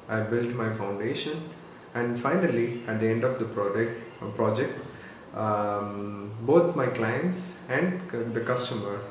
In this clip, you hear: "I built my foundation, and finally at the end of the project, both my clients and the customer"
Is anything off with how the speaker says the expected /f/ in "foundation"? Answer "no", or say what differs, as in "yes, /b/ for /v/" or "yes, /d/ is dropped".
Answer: no